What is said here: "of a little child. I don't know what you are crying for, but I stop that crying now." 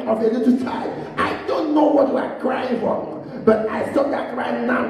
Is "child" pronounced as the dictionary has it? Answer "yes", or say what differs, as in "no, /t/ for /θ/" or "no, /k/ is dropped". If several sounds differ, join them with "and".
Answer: no, /l/ is dropped